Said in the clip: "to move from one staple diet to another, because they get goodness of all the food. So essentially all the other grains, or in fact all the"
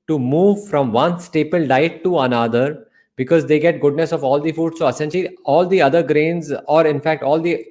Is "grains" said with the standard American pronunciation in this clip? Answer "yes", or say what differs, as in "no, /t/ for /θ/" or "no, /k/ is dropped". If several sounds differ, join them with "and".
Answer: yes